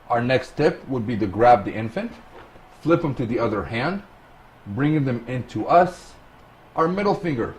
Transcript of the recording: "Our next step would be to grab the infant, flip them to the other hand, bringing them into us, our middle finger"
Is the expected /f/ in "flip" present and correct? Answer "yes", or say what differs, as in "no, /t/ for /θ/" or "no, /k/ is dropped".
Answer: yes